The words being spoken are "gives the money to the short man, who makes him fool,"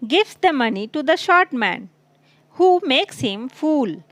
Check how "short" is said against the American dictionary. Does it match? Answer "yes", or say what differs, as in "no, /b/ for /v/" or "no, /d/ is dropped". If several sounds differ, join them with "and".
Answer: yes